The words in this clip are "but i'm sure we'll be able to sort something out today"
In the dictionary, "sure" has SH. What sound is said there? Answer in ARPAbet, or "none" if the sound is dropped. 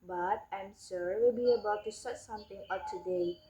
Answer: S